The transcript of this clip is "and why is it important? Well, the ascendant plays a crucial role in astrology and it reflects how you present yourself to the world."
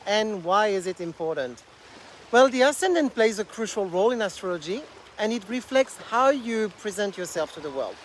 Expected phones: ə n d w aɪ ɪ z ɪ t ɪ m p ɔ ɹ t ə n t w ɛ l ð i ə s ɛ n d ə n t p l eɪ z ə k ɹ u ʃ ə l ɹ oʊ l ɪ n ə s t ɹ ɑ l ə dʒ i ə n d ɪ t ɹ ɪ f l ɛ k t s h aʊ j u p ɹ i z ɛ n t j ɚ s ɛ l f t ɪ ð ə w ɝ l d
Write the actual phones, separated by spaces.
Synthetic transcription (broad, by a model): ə n w aɪ ɪ z ɪ t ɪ m p ɔ ɹ t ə n t w ɛ l ð i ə s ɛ n d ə n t p l eɪ z ə k ɹ u ʃ ə l ɹ oʊ l ɪ n ə s t ɹ ɑ l ə dʒ i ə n ɪ t ɹ ɪ f l ɛ k t s h aʊ j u p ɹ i z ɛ n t j ɚ s ɛ l f t ɪ ð ə w ɝ l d